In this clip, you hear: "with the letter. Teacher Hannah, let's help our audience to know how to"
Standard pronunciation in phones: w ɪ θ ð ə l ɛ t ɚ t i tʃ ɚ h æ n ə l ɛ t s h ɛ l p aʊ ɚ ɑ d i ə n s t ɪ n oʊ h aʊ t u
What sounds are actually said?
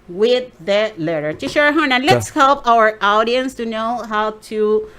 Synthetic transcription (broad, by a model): w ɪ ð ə l ɛ t ɚ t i ʃ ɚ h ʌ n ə l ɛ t s h ɛ l p aʊ ɚ ɑ d i ə n s t ɪ n oʊ h aʊ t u